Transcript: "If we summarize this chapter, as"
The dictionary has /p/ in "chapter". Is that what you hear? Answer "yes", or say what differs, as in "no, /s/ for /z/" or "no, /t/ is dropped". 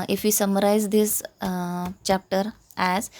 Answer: yes